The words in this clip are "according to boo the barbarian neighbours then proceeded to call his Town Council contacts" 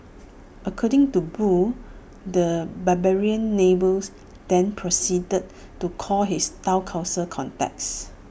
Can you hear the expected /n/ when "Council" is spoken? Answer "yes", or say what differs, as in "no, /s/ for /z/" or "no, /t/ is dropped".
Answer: no, /n/ is dropped